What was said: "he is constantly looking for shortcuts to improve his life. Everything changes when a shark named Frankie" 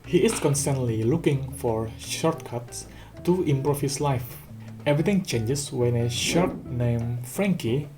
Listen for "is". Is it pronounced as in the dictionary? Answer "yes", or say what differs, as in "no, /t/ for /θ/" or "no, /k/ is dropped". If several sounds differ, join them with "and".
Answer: no, /s/ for /z/